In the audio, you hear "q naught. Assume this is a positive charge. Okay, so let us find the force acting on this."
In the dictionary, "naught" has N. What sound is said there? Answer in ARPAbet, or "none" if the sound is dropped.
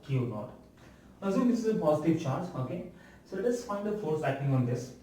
L